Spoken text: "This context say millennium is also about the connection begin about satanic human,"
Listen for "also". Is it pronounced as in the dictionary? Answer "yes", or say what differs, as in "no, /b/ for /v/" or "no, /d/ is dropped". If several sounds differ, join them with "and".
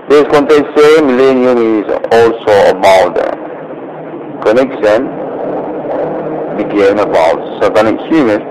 yes